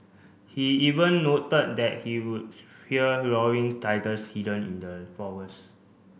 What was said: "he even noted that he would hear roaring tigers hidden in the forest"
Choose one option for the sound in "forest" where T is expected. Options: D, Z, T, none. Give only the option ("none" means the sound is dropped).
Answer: none